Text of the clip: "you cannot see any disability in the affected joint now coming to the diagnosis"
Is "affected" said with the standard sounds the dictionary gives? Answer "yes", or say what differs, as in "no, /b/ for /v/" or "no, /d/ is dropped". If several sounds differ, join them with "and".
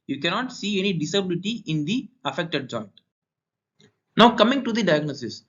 yes